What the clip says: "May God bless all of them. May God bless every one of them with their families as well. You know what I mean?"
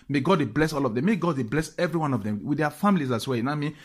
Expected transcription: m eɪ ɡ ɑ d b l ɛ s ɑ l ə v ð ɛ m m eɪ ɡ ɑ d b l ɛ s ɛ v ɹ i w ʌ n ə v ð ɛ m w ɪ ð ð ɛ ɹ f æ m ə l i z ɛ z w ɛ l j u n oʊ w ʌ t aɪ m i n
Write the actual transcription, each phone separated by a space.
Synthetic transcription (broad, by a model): m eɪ ɡ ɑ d b l ɛ s ɑ l ə v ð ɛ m m eɪ ɡ ɑ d b l ɛ s ɛ v ɹ i w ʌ n ə v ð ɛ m w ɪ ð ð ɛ f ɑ m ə l i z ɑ s w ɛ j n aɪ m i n